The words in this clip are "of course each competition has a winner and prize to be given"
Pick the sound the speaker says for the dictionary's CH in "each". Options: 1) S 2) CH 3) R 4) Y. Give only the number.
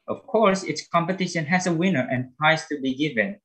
1